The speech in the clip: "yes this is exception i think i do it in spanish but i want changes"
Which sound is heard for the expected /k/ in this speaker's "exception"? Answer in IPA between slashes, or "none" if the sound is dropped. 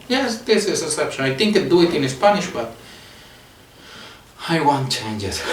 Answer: none